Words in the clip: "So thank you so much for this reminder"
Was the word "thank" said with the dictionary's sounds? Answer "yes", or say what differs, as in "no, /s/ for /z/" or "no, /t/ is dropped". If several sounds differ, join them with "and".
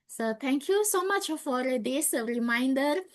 no, /t/ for /θ/